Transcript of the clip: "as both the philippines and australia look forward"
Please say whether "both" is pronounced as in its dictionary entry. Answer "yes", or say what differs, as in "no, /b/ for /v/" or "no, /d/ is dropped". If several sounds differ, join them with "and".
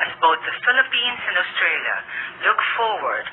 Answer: no, /t/ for /θ/